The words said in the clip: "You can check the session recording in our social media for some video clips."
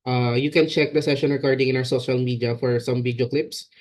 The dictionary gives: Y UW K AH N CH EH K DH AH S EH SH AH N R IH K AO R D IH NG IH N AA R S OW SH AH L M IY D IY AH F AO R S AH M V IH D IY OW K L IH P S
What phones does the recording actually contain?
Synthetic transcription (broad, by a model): Y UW K AH N CH EH K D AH S EH SH AH N R IH K AO R D IH NG IH N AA W S OW SH AH L M IY D IY AH F AO R S AH M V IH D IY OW K L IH P S